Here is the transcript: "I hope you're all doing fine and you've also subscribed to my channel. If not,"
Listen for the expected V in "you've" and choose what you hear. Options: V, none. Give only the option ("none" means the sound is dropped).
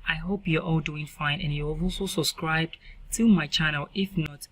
none